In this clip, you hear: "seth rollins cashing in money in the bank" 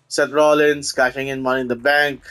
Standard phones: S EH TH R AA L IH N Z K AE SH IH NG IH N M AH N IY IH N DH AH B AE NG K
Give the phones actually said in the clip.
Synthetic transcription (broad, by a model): S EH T R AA L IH N S K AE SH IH NG IH N M AH N IY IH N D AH B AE NG K